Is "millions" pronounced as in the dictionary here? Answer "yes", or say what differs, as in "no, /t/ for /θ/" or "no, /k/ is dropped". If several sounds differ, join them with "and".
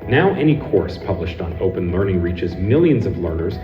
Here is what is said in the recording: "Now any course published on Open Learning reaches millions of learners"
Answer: yes